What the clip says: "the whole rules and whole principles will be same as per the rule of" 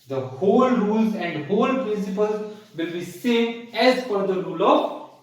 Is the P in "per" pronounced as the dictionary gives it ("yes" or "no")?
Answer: no